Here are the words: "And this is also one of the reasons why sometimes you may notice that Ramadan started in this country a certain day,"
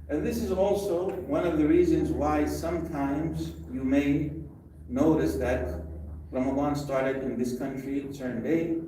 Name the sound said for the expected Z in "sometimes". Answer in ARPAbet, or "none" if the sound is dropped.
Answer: Z